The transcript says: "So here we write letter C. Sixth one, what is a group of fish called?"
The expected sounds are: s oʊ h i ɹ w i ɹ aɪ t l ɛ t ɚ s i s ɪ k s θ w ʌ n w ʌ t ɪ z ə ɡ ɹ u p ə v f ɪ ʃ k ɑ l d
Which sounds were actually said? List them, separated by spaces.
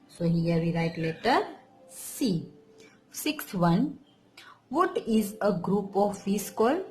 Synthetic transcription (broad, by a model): s oʊ h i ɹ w i ɹ aɪ t l ɛ t ɚ s i s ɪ k s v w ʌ n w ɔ t ɪ z ə ɡ ɹ u p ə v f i s k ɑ l